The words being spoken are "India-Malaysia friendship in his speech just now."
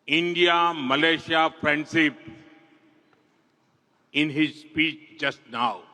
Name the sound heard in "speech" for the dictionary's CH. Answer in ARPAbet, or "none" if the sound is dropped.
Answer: CH